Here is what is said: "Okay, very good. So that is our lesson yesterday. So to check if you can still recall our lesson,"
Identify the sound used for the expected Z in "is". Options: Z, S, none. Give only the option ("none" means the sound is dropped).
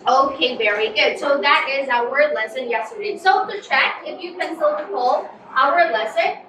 Z